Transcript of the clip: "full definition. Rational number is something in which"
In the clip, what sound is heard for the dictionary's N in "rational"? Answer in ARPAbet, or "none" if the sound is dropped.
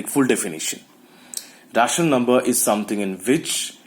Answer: none